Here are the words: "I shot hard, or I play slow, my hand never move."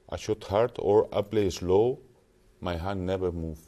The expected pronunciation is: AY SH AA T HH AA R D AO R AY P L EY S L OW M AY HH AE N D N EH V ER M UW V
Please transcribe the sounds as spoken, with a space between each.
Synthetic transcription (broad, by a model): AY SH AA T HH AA R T AO R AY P L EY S L OW M AY HH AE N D N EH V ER M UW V